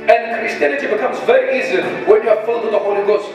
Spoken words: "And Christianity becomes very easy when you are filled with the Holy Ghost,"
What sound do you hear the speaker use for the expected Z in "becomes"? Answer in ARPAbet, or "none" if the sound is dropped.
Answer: Z